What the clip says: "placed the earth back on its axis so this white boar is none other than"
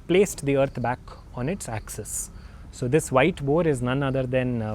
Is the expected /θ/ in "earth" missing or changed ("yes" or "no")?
yes